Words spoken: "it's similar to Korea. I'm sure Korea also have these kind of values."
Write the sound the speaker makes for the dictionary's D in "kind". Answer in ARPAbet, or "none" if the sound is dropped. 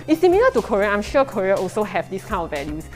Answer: none